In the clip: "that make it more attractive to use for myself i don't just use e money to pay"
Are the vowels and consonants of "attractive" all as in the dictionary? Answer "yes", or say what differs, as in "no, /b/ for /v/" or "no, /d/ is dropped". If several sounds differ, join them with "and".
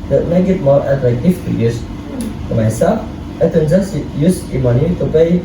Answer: no, /f/ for /v/